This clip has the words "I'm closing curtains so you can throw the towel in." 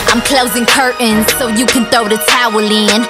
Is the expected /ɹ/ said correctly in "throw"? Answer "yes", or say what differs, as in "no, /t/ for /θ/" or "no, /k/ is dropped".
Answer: no, /ɹ/ is dropped